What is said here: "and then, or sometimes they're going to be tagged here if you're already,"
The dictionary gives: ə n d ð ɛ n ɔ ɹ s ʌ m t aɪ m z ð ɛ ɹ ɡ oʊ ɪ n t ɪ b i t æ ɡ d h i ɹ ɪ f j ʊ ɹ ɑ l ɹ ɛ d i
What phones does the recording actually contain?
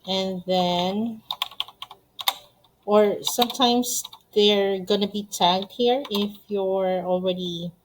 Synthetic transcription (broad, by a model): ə n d ð ɛ n ɔ ɹ s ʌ m t aɪ m s ð ɛ ɹ ɡ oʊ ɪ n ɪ b i t æ ɡ d h i ɹ ɪ f j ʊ ɹ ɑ l ɹ ɛ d i